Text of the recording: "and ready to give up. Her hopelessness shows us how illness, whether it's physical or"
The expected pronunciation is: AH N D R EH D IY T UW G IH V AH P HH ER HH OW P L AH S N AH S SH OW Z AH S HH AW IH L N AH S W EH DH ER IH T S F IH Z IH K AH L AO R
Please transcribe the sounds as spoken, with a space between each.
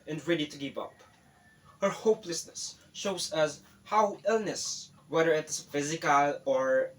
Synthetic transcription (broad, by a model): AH N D R EH D IY T UW G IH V AH P HH ER HH OW P L AH S N AH S SH OW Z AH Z HH AW IH L N AH S W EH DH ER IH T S F IH Z IH K AH L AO R